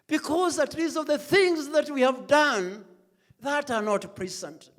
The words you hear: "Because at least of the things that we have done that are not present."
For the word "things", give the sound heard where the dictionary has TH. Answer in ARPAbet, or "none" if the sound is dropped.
TH